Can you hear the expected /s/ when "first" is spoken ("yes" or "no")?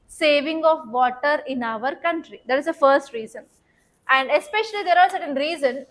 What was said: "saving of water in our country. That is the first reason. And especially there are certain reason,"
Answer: yes